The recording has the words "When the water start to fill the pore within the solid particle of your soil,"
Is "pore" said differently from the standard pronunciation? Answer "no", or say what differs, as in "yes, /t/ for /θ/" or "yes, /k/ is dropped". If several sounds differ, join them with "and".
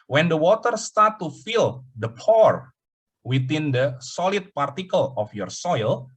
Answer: no